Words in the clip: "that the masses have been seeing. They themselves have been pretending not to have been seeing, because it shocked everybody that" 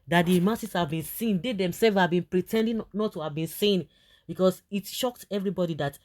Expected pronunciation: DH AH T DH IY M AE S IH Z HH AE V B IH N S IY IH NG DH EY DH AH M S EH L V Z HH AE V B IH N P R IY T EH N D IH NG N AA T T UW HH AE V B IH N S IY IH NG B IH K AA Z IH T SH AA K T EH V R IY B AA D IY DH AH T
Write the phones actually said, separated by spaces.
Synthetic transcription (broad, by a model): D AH T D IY M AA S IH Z HH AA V B IH N S IY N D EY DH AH M S EH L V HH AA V B IH N P R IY T EH N D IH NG N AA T T UW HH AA V B IH N S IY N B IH K AA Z IH T SH AA K T EH V R IY B AA D IY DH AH T